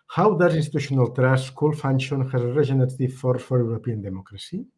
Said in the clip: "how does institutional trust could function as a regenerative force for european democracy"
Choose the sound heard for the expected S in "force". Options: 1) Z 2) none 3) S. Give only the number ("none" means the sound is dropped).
2